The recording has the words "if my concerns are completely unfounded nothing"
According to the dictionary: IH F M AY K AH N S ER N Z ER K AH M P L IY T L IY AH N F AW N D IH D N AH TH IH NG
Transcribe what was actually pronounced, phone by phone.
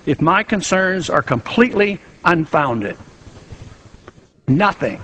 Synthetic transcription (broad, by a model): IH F M AY K AH N S ER N Z ER K AH M P L IY T L IY AH N F AW N D IH D N AH TH IH NG